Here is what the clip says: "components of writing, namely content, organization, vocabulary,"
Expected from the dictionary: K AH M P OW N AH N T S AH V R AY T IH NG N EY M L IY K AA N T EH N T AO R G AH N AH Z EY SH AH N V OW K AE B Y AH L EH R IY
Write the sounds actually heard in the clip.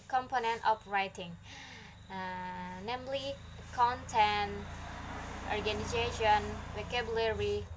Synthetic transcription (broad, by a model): K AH M P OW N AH N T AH P R AY T IH NG N EY M L IY K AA N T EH N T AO R G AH N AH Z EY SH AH N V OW K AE B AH L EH R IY